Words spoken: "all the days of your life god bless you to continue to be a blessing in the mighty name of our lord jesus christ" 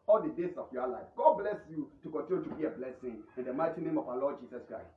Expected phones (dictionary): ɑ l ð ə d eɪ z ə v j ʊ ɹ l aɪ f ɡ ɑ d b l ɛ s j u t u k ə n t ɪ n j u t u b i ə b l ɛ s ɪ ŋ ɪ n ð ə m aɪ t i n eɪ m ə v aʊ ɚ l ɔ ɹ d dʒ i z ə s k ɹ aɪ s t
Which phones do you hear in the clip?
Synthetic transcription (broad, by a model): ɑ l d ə d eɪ s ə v j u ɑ l aɪ f ɡ ɑ d b l ɛ s j u t u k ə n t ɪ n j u t u b i ə b l ɛ s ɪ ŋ ɪ n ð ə m aɪ t i n eɪ m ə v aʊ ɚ l ɔ d dʒ i s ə s k ɹ aɪ s t